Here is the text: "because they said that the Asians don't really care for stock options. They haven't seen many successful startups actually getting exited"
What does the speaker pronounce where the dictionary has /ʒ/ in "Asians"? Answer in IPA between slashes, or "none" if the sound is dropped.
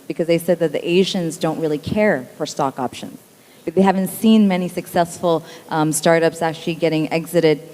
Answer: /ʒ/